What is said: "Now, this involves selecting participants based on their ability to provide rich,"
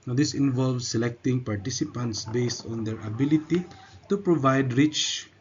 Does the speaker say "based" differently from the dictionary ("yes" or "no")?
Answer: no